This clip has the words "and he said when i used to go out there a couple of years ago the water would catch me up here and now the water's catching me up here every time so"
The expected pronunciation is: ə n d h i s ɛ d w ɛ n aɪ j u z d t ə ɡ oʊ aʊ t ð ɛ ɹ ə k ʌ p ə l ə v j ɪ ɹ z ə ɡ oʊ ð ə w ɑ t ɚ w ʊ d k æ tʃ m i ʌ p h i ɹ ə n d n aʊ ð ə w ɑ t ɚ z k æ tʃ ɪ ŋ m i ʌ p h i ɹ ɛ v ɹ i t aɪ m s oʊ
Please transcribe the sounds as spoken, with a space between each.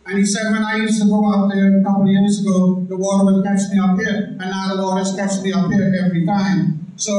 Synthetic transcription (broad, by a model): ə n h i s ɛ d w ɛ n aɪ j u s t ə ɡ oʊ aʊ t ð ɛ ə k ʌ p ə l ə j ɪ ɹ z ə ɡ oʊ ð ə w ɑ t ɚ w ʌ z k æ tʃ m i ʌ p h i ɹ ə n n aʊ ð ə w ɑ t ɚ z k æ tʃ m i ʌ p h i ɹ ɛ v ɹ i t aɪ m s oʊ